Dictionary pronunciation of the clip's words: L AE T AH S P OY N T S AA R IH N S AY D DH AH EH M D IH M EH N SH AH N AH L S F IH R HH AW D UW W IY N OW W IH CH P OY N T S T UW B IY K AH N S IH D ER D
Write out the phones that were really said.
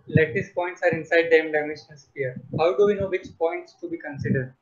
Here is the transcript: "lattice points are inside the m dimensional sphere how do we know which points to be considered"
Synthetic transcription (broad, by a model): L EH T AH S P OY N T S AA R IH N S AY D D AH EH M D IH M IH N AH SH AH N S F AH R HH AW D UW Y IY N OW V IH CH P OY N T S T UW B IY K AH N S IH D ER D